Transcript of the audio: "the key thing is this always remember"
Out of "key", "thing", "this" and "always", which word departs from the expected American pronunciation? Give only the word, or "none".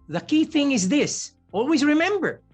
none